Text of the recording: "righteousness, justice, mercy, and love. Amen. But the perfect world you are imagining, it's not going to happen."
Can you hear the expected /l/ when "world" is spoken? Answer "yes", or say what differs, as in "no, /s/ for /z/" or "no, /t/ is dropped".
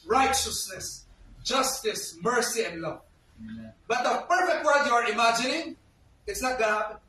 no, /l/ is dropped